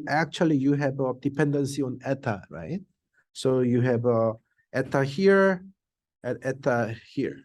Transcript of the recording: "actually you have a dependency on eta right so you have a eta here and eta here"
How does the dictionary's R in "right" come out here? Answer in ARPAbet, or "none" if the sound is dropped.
R